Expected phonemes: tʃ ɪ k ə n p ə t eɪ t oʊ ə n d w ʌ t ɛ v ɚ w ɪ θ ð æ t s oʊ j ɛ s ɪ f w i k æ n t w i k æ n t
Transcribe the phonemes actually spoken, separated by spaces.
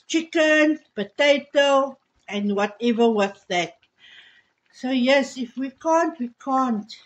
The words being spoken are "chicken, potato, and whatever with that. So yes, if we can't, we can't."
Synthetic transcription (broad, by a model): tʃ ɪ k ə n p ə t eɪ t oʊ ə n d w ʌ t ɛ v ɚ w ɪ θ ð æ t s oʊ j ɛ s ɪ f w i k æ n t w i k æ n t